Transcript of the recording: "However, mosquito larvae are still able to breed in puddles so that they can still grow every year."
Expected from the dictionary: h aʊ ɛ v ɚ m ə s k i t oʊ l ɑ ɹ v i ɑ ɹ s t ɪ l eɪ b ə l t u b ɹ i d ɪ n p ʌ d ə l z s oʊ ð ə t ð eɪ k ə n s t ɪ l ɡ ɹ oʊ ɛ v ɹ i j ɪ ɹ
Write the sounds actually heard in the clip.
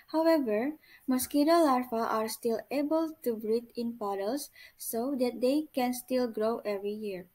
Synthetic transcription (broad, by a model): h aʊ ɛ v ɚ m ə s k i t oʊ l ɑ ɹ f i ɑ ɹ s t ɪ l eɪ b ə l t u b ɹ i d ɪ n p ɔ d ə l s oʊ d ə t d eɪ k ə n s t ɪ l ɡ ɹ oʊ ɛ v ɹ i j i ɹ